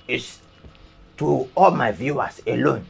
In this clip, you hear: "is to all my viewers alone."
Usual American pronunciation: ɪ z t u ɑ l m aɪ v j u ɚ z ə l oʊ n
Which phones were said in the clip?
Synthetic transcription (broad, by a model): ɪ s t u ɑ l m aɪ v j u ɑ s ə l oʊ n